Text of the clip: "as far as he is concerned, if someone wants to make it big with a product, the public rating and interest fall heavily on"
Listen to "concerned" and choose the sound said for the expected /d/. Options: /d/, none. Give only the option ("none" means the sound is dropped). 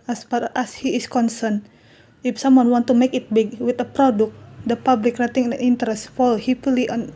none